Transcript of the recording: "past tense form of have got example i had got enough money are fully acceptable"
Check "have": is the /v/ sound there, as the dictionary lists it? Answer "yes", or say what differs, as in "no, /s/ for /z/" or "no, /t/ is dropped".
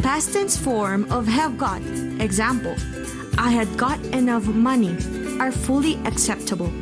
yes